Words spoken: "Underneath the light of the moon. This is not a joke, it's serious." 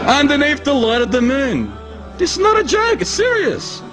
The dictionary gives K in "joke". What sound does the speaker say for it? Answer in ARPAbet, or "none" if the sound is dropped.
none